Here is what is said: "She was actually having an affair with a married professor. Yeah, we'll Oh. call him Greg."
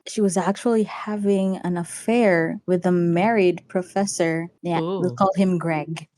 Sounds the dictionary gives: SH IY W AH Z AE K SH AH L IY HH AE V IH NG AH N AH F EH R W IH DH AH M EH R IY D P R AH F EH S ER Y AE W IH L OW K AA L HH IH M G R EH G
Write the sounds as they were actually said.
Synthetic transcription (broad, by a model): SH IY W AH Z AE K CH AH L IY HH AE V IH NG AH N AH F EH R W IH DH AH M EH R IY D P R AH F EH S ER Y AE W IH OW K AA L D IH M G R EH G